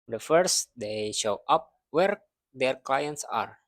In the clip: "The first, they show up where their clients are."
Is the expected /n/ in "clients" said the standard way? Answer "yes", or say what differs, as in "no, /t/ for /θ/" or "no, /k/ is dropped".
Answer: yes